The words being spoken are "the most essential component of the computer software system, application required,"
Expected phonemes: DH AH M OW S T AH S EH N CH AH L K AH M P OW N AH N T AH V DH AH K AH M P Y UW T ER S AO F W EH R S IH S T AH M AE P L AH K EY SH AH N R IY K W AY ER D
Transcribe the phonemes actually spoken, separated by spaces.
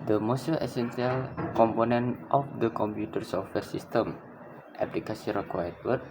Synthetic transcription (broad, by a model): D AH M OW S T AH S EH N S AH L K AH M P OW N AH N T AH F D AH K AH M P Y UW T ER S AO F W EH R S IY S T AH M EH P L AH K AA S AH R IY K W AY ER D